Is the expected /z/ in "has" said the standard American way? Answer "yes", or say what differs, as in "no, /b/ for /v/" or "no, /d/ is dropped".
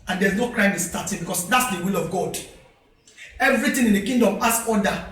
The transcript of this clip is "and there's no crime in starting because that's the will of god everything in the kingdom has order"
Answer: no, /s/ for /z/